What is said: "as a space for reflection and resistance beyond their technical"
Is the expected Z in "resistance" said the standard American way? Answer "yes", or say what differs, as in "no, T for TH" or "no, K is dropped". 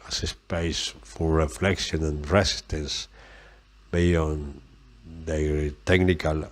no, S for Z